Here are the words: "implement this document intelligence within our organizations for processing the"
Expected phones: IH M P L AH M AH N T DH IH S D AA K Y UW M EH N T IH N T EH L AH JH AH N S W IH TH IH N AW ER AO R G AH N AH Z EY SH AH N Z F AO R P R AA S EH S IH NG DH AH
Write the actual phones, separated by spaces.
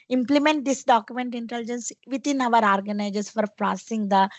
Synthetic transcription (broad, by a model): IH M P L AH M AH N T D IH S D AA K Y UW M EH N T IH N T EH L JH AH N S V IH T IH N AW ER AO R G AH N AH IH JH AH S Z F AO R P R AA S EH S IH NG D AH